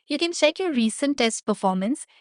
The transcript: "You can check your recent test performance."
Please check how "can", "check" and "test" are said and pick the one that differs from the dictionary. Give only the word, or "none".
check